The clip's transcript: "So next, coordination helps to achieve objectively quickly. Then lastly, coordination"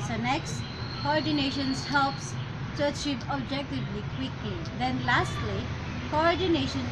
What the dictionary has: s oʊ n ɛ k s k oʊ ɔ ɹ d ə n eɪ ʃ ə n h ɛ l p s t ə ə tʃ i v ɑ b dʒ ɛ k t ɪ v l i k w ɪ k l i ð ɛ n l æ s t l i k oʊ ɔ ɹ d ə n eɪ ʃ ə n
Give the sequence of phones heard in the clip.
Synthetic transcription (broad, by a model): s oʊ n ɛ k s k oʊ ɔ ɹ d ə n eɪ ʃ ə n h ɛ l p s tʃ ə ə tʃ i p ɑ b dʒ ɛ k t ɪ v l i k w ɪ k l i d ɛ n l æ s t l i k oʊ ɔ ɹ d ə n eɪ ʃ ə n